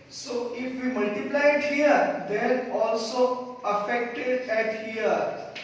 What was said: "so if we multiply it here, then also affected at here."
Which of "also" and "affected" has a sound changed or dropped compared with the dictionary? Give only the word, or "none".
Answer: none